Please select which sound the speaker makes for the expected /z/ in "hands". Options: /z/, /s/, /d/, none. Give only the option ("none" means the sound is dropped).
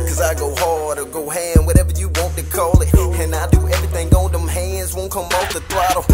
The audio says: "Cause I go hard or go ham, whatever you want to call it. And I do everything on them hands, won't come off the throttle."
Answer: /z/